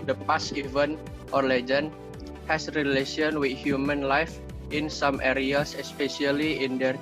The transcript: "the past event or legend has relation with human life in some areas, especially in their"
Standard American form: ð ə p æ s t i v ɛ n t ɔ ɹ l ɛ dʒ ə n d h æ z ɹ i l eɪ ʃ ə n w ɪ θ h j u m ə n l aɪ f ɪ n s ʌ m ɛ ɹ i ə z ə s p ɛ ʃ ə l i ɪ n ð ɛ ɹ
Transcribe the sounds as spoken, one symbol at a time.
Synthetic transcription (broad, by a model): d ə p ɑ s i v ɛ n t ɔ ɹ l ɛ dʒ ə n h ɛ s ɹ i l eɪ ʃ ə n w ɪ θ h j u m ə n l aɪ f ɪ n s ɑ m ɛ ɹ i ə s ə s p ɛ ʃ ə l i ɪ n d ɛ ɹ